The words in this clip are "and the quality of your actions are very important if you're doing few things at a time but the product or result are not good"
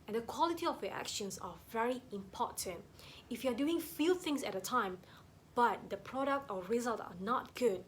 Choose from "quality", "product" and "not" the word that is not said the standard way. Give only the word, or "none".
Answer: none